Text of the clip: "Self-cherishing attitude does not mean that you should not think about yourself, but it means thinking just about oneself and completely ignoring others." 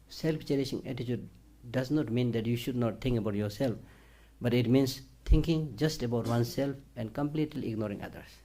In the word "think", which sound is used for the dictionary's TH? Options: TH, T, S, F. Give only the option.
T